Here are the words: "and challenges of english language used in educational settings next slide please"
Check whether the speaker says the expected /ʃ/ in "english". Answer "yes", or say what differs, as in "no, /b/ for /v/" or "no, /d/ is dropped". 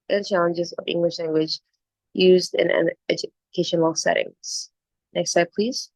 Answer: yes